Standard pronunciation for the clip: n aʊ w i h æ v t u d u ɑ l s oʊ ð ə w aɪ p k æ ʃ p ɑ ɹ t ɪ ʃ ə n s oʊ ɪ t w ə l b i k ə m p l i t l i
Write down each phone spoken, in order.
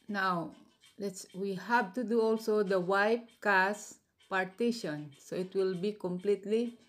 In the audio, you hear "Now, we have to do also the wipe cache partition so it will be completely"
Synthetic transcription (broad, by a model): n aʊ w i h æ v t u d u ɑ l s oʊ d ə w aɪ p k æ s p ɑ ɹ t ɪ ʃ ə n s oʊ ɪ t w ə l b i k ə m p l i t l i